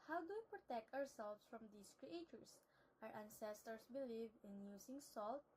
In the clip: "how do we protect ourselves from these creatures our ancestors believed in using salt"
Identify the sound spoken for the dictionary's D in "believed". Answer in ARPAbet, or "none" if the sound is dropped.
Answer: none